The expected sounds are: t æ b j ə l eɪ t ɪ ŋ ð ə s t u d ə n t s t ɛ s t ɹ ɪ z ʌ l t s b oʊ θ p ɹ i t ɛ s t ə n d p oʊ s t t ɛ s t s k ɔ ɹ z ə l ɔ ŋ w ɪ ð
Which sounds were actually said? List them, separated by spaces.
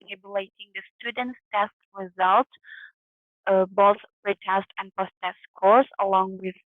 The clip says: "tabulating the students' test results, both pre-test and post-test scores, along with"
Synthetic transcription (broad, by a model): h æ b j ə l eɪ t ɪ ŋ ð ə s t u d ə n t s t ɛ s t ɹ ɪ z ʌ l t b oʊ θ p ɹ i t ɛ s t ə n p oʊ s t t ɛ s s k ɔ ɹ s ə l ɔ ŋ w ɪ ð